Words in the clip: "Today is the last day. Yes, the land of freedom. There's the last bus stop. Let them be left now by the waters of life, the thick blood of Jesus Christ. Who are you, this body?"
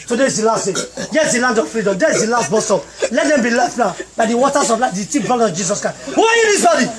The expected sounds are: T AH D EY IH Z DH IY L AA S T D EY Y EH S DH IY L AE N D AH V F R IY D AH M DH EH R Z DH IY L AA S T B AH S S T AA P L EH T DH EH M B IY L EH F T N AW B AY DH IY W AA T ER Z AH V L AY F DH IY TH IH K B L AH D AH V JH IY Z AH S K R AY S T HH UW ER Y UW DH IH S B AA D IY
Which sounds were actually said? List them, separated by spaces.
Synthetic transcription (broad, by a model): T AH D EY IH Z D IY L AA S T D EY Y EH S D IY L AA N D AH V F R IY D AH M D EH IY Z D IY L AA S T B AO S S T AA L EH T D EH M B IY L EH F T N AW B AY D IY W AA T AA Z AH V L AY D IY T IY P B AO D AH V JH IY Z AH S K R AY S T HH UW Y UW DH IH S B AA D IY